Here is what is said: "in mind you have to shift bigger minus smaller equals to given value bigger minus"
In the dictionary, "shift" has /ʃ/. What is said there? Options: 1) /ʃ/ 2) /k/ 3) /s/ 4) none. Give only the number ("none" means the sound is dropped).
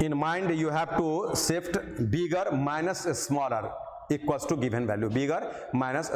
3